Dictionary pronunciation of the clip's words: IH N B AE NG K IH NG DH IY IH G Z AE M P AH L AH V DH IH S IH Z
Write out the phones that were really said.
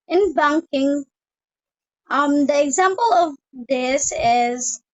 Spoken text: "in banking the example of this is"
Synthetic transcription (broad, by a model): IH N B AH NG K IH NG DH IY IH G Z AE M P AH L AH V DH IH S IH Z